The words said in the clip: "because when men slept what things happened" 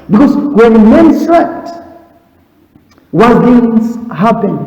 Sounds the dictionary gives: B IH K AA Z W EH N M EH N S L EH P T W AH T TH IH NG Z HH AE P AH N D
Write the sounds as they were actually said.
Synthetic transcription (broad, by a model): B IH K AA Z W EH N M EH N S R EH T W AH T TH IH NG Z HH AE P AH N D